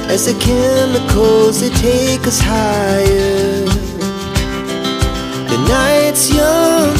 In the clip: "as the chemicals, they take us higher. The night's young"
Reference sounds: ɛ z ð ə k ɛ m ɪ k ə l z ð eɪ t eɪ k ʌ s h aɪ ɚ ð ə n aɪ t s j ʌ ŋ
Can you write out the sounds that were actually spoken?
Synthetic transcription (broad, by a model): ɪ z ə k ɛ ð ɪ k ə z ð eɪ t eɪ k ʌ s h aɪ ɚ ð ə n aɪ t s j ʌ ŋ